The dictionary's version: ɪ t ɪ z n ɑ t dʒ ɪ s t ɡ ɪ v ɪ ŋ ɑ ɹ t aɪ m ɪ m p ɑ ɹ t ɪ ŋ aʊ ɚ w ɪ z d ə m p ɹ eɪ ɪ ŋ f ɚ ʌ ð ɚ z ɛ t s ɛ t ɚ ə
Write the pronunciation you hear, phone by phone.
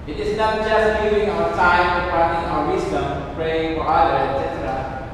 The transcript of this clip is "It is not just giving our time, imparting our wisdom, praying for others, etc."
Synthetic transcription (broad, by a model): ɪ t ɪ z n ɑ t dʒ ɪ s t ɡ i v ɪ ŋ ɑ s aɪ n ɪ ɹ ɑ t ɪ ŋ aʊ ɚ w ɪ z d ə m p ɹ eɪ ɪ ŋ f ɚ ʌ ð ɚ ɛ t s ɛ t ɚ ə